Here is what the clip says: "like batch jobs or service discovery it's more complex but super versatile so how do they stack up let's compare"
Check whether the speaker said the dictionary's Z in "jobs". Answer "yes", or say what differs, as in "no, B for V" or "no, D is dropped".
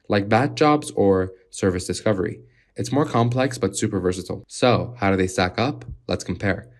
yes